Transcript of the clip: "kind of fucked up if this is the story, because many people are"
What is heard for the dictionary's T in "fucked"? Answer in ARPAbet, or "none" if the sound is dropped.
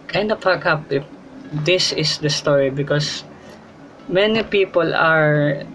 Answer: none